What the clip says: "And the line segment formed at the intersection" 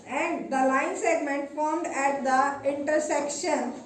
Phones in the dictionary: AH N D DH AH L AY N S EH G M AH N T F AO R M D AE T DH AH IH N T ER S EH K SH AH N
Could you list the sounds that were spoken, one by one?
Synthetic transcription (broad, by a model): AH N D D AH L AY N S EH G M AH N T F AO R M D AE T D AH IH N T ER S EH K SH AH N